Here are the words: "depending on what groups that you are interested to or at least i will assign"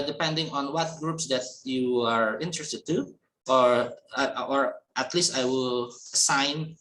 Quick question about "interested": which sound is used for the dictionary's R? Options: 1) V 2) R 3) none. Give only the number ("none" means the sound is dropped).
2